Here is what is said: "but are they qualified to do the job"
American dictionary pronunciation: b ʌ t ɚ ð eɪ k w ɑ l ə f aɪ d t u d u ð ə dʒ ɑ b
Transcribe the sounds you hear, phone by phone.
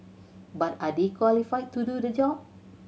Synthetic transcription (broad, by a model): b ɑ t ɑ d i k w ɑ l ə f aɪ t u d u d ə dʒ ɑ